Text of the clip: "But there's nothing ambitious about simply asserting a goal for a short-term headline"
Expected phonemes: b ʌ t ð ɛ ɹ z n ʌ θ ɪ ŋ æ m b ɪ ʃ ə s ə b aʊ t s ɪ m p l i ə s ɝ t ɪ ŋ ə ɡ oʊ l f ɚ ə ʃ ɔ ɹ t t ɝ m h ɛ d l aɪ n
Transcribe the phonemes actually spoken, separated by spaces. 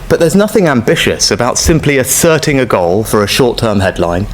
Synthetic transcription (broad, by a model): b ʌ t ð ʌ z n ʌ θ ɪ ŋ æ m b ɪ ʃ ə s ə b aʊ t s ɪ m p l i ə s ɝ t ɪ ŋ ə ɡ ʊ l f ɚ ə ʃ ɔ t t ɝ m h ɛ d l aɪ n